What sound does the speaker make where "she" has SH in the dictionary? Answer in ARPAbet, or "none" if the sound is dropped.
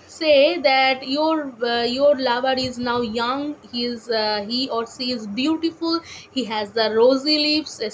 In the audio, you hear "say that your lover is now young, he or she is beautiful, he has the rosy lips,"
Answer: S